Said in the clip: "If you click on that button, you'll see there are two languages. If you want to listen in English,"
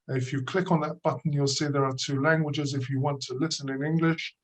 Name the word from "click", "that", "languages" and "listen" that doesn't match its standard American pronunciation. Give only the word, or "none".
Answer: none